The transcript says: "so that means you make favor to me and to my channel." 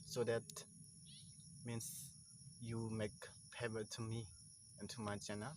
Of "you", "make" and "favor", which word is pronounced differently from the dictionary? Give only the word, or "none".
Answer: favor